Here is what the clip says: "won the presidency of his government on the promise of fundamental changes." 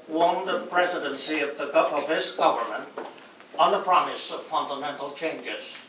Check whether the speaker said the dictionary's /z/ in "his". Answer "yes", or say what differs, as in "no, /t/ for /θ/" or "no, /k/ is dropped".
no, /s/ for /z/